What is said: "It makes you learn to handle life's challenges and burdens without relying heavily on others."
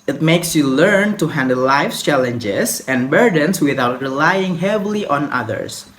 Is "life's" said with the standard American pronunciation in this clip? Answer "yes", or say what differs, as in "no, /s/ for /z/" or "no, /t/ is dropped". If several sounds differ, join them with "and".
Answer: no, /s/ is dropped